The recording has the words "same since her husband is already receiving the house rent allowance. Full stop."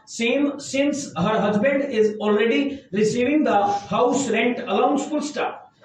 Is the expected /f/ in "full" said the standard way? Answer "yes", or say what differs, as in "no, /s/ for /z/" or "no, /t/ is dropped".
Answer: no, /p/ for /f/